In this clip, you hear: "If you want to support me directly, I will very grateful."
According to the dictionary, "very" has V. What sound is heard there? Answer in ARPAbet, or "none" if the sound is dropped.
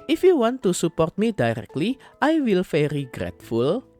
F